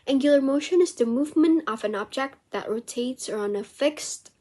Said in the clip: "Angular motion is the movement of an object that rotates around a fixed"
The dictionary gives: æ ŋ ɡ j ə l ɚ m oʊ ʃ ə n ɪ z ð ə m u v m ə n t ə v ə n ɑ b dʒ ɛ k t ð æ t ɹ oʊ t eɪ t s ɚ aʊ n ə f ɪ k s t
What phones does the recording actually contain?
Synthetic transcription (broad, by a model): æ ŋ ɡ j l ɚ m oʊ ʃ ə n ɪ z ð ə m u v m ə n t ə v ə n ɑ b dʒ ɛ k t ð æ t ɹ oʊ t eɪ t s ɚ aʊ n ə f ɪ k s t